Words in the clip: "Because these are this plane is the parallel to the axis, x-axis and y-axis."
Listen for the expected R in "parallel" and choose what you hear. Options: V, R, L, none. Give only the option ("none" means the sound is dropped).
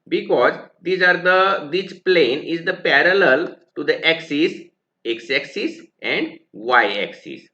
R